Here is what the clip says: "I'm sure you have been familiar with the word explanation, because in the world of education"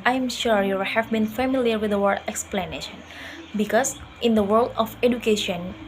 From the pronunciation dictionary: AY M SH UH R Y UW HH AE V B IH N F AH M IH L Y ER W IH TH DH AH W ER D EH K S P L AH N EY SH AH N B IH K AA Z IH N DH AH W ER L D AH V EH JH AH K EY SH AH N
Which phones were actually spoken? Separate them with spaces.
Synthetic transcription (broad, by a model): AY M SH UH R Y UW HH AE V B IH N F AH M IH L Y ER W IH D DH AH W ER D EH K S P L AH N EY SH AH N B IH K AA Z IH N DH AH W ER L D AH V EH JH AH K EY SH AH N